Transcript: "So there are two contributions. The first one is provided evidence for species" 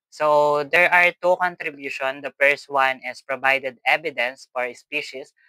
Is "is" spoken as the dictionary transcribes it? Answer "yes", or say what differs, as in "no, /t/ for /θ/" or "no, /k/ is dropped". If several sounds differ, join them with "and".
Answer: no, /s/ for /z/